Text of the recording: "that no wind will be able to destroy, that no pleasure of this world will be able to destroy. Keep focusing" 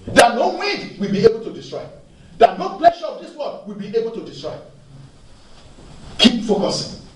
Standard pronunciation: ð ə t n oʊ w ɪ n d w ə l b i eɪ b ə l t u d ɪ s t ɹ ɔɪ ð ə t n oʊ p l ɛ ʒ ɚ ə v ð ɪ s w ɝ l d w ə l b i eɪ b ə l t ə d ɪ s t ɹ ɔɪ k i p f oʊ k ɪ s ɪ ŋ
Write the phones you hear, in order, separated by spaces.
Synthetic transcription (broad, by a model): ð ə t n oʊ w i d w ə l b i eɪ b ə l t u d ɪ s t ɹ ɔɪ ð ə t n oʊ p l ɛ ʃ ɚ ə v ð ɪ s w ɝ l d w ə l b i eɪ b ə l t ə d ɪ s t ɹ ɔɪ k i p f oʊ k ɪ s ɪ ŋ